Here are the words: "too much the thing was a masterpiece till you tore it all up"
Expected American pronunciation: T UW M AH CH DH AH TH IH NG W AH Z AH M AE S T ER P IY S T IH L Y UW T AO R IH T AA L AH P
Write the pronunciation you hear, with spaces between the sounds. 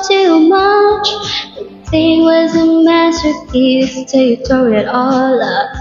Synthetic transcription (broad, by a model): T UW M AH CH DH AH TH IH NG W AH Z AH M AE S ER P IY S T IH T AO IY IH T AA L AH